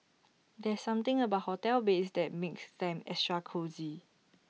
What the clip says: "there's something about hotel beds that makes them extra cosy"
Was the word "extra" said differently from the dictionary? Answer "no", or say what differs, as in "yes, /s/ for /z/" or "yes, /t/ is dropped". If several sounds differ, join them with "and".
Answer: yes, /k/ is dropped